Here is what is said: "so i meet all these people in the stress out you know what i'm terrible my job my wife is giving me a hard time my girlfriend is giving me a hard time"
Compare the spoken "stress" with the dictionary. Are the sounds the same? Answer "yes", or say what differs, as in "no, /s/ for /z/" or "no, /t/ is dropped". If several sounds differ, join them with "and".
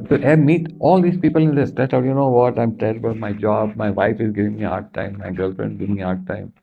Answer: no, /ɹ/ is dropped